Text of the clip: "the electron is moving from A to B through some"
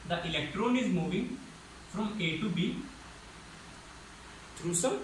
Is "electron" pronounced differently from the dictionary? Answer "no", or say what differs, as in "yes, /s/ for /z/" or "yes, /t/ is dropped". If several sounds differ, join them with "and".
no